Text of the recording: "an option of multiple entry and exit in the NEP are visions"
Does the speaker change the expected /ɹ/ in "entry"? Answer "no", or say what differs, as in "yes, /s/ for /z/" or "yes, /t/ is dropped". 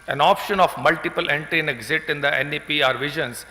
yes, /ɹ/ is dropped